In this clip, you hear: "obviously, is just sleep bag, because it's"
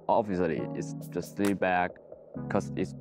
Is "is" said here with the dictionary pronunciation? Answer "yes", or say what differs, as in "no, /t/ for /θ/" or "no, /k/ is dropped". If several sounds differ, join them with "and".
no, /s/ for /z/